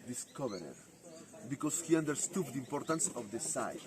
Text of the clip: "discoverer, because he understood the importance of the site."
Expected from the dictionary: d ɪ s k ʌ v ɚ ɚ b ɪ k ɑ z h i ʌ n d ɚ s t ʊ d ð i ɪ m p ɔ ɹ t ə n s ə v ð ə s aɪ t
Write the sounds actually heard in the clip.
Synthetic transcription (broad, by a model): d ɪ s k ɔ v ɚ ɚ b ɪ k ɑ s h i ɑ n d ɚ s t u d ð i ɪ m p ɔ ɹ t ə n s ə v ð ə s aɪ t